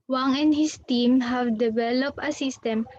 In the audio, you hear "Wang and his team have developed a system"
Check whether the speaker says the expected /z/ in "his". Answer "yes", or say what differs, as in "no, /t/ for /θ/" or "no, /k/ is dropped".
no, /s/ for /z/